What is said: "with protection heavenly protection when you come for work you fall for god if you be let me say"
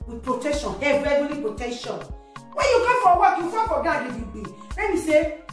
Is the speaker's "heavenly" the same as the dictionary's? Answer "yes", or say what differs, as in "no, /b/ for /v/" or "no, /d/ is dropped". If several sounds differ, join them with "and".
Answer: no, /n/ is dropped